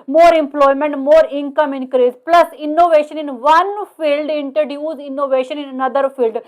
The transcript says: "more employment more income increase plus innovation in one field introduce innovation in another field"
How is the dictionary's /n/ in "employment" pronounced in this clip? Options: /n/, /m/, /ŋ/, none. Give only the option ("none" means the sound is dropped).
/n/